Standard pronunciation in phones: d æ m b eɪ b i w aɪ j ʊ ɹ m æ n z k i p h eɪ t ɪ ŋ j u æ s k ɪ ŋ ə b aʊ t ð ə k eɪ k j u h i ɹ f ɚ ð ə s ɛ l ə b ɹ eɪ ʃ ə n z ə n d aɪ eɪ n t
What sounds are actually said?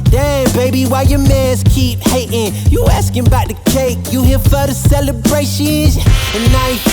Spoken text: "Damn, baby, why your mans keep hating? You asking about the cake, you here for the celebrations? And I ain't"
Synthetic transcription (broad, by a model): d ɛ b eɪ b i w aɪ j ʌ ɹ m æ z k i p h eɪ t ɪ ŋ j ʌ æ s k ɪ ŋ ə b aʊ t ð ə k eɪ k j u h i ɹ f ɚ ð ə s ɛ l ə b ɹ eɪ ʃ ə n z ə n aɪ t